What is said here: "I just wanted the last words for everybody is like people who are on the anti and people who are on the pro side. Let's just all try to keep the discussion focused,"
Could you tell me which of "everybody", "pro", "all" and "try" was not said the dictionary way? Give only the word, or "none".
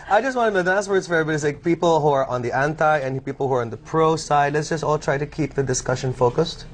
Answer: everybody